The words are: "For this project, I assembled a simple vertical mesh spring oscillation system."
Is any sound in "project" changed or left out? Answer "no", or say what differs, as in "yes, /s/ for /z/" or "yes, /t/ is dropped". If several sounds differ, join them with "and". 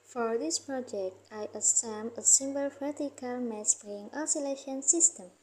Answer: no